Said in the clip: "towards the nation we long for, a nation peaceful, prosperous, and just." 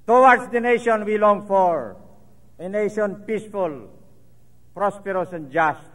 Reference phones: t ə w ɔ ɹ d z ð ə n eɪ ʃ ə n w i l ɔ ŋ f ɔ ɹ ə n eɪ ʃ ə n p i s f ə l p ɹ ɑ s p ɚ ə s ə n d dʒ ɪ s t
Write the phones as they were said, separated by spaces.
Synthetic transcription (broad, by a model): t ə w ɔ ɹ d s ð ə n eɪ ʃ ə n w i l ɔ ŋ f ɔ ɹ ə n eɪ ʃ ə n p i s f ə l p ɹ ɑ s p ɚ ə s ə n dʒ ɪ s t